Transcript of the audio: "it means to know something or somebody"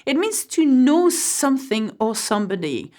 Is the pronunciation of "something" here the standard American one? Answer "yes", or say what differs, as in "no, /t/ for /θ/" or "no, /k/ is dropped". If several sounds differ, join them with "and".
yes